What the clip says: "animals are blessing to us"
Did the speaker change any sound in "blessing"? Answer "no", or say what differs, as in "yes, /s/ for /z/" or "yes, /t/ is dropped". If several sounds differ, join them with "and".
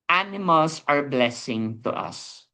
no